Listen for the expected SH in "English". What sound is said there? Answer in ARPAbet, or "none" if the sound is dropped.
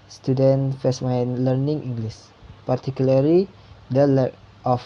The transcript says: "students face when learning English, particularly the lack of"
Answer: S